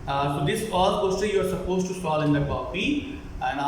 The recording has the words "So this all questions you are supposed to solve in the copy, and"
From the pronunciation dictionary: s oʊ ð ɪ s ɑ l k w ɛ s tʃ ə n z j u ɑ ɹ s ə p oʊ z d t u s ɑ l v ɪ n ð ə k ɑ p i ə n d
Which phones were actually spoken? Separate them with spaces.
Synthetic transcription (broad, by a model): s oʊ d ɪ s ɑ l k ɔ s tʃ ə j u ɑ ɹ s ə p oʊ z t u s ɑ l ɪ n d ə k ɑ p i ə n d